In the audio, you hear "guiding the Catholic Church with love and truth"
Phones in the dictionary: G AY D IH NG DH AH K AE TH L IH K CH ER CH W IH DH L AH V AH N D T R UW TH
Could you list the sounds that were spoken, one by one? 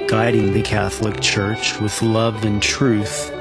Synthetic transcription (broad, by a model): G AY D IH NG DH AH K AE TH L IH K CH ER CH W IH DH L AH V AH N T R UW TH